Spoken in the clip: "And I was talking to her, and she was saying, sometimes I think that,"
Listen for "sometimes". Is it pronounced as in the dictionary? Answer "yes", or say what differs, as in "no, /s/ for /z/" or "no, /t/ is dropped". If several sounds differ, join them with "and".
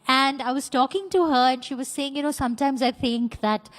yes